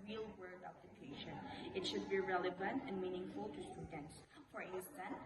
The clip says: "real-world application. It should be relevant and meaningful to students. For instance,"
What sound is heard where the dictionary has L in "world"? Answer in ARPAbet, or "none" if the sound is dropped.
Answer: none